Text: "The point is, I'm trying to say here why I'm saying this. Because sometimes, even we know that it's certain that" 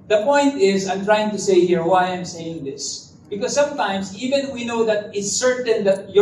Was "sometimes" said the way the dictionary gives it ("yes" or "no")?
no